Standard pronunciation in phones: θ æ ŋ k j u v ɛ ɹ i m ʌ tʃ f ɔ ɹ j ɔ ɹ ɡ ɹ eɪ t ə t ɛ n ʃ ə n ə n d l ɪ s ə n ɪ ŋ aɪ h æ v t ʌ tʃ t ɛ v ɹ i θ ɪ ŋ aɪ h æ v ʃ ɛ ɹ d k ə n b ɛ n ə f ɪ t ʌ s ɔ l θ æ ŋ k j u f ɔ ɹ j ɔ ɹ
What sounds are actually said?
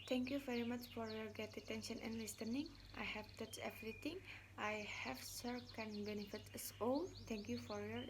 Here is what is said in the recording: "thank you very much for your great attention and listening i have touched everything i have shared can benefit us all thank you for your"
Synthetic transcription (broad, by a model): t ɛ ŋ k j u v ɛ ɹ i m ʌ tʃ f ɔ ɹ j ɔ ɹ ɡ eɪ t ə t ɛ n ʃ ə n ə n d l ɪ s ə n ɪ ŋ aɪ h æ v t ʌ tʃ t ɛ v ɹ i t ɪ ŋ aɪ h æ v s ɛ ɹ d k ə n b ɛ n ə f ɪ t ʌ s ɔ l t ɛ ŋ k j u f ɔ ɹ j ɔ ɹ